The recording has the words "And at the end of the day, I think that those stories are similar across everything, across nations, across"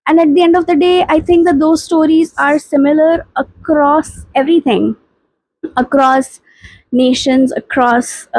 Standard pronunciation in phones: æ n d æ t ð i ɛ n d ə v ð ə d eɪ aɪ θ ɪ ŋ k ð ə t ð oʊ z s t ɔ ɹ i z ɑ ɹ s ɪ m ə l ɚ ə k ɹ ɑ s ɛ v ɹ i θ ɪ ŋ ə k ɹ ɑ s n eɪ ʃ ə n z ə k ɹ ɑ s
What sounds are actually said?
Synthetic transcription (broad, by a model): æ n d æ t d i ɛ n d ə v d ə d eɪ aɪ t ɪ ŋ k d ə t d oʊ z s t ɔ ɹ i z ɑ ɹ s ɪ m ə l ɚ ə k ɹ ɑ s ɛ v ɹ i t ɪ ŋ ə k ɹ ɑ s n eɪ ʃ ə n z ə k ɹ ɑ s